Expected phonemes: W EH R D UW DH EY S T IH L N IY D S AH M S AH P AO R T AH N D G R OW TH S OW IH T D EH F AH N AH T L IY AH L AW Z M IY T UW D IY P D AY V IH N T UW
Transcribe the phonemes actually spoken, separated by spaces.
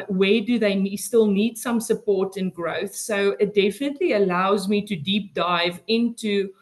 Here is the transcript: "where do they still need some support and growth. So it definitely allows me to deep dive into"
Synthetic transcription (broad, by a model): W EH D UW DH EY S T IH L N IY D S AH M S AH P AO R T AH N G R OW TH S OW IH T D EH F AH N AH T L IY AH L AW Z M IY T UW D IY P D AY V IH N T UW